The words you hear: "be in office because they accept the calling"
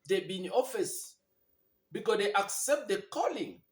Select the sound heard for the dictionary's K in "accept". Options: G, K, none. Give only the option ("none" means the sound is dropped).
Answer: K